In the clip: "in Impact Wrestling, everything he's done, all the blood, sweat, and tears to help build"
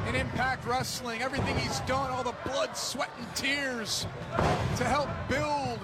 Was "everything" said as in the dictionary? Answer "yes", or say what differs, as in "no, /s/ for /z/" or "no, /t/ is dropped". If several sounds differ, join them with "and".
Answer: yes